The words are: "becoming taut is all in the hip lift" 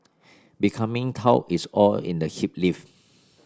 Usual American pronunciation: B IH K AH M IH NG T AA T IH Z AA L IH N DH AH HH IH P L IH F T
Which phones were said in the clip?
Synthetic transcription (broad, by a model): B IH K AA M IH NG T AA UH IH S AA L IH N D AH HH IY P L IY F